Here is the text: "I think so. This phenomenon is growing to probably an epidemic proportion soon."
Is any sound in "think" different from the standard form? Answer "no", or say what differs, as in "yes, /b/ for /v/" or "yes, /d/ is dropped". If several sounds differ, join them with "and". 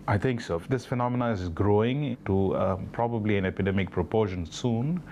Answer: yes, /t/ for /θ/